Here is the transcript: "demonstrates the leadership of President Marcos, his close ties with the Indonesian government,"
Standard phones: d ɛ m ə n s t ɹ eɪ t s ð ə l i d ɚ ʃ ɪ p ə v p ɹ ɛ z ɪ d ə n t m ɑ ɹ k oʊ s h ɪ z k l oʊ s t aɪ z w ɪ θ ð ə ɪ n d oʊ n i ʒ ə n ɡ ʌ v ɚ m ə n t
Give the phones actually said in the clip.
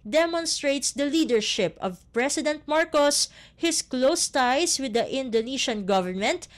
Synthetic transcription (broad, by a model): d ɛ m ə n s t ɹ eɪ t s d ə l i d ɚ ʃ ɪ p ə v p ɹ ɛ s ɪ d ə n t m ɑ ɹ k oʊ s h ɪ s k l oʊ s t aɪ s w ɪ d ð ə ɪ n d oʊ n i ʃ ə n ɡ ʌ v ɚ m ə n t